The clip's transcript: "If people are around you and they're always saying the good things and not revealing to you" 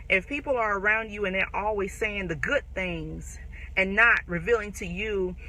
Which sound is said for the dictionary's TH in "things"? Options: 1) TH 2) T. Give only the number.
1